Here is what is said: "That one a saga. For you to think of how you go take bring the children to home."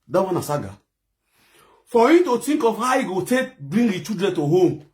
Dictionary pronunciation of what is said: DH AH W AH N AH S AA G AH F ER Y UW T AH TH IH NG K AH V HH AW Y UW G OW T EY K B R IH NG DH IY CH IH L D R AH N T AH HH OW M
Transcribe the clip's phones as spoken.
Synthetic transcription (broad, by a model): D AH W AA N AH S AA G AH F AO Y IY T AH T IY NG K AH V HH AW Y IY G OW T EY K B R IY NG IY CH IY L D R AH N T AH HH OW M